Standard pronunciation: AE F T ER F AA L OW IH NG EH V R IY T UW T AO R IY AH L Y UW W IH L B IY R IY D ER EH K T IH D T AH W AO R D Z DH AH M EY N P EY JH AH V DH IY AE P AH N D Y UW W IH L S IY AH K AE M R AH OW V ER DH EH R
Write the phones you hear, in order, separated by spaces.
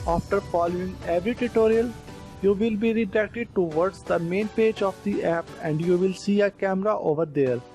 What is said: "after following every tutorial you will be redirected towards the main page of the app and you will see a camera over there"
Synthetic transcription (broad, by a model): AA F T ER F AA L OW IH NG EH V R IY T UW T AO R IY AH L Y UW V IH L B IY R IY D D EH K T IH D T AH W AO R D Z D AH M EY N P EY JH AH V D IY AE P AH N D Y UW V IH L S IY AH K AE M R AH OW V ER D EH R